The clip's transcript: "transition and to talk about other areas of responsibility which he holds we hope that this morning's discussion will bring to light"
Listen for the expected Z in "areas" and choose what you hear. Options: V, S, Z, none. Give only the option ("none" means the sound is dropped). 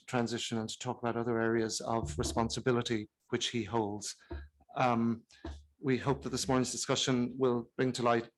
Z